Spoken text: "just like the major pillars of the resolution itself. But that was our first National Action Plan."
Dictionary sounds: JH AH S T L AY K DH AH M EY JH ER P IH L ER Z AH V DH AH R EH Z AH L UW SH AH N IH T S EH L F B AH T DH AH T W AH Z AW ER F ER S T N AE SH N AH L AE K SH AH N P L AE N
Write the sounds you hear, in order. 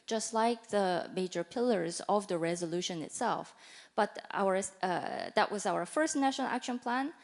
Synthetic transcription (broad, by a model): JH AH S T L AY K DH AH M EY JH ER P IH L ER Z AH V DH AH R EH Z AH L UW SH AH N IH T S EH L F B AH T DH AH T W AH Z AW ER F ER S T N AE SH N AH L AE K SH AH N P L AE N